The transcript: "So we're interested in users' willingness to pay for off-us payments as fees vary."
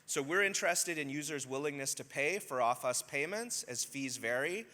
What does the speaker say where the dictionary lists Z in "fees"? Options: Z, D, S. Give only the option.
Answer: Z